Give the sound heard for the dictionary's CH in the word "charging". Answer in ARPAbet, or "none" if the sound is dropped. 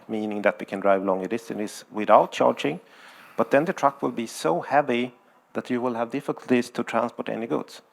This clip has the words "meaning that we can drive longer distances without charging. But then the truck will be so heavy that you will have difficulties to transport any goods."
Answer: CH